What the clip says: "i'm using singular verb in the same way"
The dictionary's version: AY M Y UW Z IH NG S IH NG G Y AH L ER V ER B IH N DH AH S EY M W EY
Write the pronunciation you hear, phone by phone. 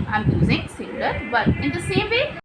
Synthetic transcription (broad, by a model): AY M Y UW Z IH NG S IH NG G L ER B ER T IH N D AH S EY M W EY